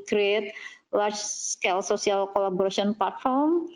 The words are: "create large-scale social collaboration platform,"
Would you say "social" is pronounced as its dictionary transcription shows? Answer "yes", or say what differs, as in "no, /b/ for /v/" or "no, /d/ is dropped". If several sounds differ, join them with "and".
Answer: no, /s/ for /ʃ/